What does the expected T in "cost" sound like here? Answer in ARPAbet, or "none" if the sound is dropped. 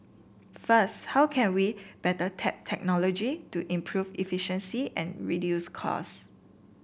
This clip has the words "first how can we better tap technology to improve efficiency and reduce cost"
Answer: none